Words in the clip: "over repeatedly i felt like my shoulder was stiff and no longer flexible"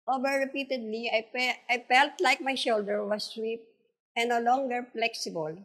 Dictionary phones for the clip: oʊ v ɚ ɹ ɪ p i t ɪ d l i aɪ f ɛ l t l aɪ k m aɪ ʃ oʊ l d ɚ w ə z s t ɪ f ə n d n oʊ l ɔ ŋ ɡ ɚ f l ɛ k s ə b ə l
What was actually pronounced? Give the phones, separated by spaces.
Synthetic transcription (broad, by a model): oʊ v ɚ ɹ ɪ p i t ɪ d l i aɪ f ɛ l t l aɪ k m aɪ ʃ oʊ l d ɚ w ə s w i p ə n n oʊ l ɔ ŋ ɡ ɚ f l ɛ k s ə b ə l